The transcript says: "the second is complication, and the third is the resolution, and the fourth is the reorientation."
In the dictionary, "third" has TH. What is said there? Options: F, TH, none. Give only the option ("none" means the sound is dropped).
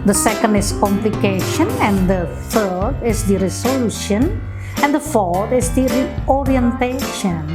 F